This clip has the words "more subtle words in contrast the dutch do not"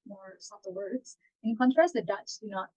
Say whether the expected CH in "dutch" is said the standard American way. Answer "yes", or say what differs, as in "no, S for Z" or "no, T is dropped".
no, S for CH